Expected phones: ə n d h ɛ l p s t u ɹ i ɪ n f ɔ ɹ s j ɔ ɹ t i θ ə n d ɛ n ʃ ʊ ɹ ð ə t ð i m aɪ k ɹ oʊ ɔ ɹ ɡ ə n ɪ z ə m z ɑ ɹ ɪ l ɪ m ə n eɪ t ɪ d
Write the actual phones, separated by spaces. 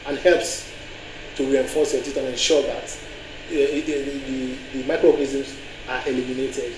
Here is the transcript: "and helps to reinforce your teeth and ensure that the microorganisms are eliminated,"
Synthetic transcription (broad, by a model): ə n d h ɛ l p s t u ɹ i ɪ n f ɔ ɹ s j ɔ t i t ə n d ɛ n ʃ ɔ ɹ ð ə t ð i m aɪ k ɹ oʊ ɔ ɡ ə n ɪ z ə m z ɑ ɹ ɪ l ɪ m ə n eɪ t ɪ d